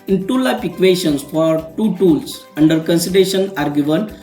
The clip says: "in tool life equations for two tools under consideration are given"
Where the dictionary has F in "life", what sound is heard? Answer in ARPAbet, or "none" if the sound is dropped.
P